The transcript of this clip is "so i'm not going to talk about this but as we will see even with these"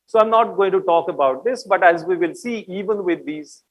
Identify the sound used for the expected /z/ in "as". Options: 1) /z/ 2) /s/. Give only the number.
1